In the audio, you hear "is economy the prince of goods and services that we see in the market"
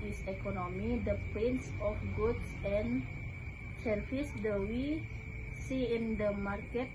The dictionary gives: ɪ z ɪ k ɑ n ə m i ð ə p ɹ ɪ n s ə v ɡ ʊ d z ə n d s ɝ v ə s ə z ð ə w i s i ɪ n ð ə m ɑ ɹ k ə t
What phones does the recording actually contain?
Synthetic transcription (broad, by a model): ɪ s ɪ k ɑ n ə m i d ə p ɪ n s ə f ɡ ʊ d s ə n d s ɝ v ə s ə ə w i s i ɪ n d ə m ɑ ɹ k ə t